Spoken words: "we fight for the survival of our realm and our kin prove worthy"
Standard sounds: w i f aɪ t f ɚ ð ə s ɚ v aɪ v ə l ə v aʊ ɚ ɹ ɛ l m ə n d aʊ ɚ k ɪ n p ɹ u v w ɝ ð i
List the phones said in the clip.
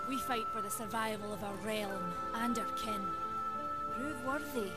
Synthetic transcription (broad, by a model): w i f aɪ t f ɚ ð ə s ɚ v aɪ v ə l ə v aʊ ɚ ɹ ɛ l m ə n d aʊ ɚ k ɪ n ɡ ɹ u w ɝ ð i